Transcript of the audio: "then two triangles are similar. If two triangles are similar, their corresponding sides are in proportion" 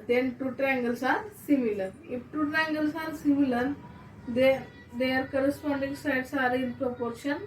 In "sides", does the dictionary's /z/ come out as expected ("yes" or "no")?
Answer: no